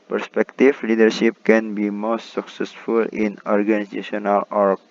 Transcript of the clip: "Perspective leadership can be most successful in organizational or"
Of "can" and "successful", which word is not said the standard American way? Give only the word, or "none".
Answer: none